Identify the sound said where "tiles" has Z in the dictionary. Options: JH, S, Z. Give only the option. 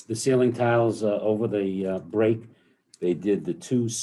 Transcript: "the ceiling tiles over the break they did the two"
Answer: Z